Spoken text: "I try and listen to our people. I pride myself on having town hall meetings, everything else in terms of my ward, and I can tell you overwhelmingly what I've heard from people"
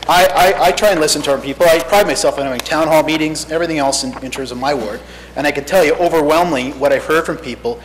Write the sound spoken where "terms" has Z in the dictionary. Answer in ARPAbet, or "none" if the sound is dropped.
Z